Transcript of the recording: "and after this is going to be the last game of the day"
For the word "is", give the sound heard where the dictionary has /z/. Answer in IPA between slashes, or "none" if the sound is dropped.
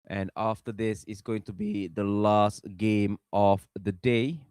/s/